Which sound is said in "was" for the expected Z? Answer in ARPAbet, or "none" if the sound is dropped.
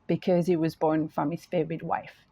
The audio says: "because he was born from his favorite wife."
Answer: Z